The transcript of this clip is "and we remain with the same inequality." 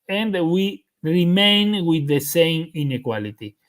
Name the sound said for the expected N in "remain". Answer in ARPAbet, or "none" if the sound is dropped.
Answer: N